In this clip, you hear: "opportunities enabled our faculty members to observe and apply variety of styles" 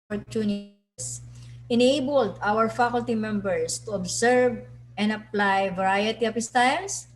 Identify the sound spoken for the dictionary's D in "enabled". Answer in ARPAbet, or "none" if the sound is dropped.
D